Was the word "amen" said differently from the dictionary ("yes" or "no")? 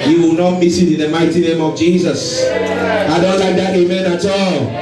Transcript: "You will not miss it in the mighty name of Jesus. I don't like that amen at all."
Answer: no